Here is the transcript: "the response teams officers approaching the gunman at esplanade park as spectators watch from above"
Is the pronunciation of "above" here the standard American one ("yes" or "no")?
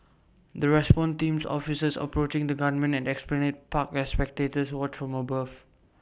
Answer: no